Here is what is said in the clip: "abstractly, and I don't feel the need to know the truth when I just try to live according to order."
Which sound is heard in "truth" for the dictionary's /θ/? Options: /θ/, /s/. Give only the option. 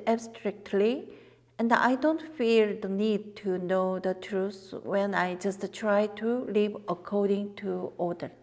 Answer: /s/